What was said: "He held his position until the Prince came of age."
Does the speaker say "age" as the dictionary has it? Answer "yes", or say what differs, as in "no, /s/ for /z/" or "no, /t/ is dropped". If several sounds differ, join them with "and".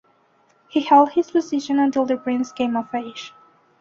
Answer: no, /ʃ/ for /dʒ/